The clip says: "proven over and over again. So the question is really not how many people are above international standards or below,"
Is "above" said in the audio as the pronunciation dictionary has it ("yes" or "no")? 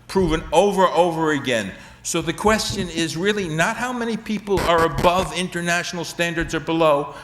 yes